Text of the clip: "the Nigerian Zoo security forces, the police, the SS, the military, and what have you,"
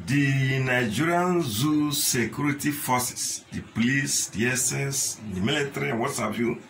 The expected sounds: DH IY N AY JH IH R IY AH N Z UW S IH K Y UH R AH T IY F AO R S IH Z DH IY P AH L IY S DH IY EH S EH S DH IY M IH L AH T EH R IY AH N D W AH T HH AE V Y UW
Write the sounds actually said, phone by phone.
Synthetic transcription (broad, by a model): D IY N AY JH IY R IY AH N Z UW S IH K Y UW R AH T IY F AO S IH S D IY P AH L IY S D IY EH S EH S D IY M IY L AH T R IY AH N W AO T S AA P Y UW